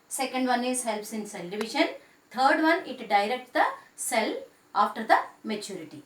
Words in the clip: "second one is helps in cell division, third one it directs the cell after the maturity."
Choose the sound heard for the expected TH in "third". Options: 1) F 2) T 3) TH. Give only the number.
2